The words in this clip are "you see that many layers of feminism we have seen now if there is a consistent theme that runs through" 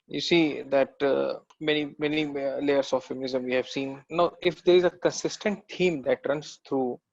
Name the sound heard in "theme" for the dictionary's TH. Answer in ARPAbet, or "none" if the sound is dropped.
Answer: T